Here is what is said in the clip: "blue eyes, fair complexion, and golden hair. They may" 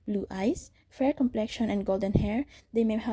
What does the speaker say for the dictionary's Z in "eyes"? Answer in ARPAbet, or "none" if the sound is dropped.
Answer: S